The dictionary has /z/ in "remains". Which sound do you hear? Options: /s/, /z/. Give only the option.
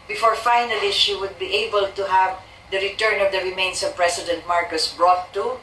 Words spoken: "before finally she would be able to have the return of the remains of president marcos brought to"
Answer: /s/